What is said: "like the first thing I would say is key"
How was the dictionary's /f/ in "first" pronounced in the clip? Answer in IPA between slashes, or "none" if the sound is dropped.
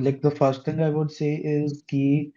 /f/